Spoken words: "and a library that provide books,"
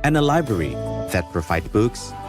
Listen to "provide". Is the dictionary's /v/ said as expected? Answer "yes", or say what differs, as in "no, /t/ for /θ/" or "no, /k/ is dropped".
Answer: no, /f/ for /v/